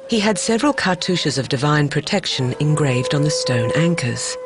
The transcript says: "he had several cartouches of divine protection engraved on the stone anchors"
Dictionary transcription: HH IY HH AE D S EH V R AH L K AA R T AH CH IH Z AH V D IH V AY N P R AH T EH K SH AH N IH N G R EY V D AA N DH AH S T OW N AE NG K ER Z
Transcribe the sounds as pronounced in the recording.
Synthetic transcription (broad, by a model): HH IY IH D S EH V R AH L K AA R T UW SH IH Z AH V D IH V AY N P R AH T EH K SH AH N IH N G R EY V D N DH AH S T OW N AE NG K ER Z